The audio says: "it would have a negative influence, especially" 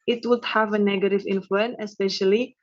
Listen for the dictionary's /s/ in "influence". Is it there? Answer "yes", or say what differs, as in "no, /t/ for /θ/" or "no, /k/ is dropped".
no, /s/ is dropped